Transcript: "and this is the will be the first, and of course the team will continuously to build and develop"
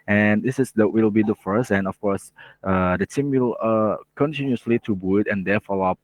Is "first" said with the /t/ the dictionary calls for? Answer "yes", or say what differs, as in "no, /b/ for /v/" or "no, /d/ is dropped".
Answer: no, /t/ is dropped